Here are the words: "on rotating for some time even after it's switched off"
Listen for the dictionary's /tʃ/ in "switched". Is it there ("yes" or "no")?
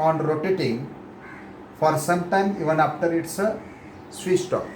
no